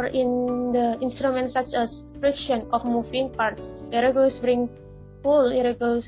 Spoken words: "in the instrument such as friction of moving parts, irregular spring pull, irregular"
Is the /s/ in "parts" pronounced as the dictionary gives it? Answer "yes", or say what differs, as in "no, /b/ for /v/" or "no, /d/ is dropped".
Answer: yes